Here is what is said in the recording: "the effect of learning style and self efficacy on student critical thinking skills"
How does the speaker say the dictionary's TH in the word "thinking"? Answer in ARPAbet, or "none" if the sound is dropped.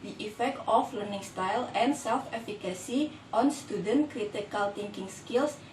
T